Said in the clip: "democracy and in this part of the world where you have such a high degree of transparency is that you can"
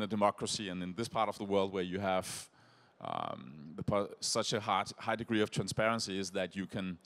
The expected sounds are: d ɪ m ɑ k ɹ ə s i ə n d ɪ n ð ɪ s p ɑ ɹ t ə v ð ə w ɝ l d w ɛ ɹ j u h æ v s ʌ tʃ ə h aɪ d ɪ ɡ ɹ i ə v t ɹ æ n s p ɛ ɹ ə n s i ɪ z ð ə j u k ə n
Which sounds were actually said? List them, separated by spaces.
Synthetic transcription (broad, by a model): d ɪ m ɑ k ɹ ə s i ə n ɪ n ð ɪ s p ɑ ɹ t ə v ð ə w ɝ l d w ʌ ɹ j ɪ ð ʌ p s ʌ tʃ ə h aɪ d ɪ ɡ ɹ i ə v t ɹ æ n s p ɛ ɹ ə n s i ɪ z ð ə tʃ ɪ k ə n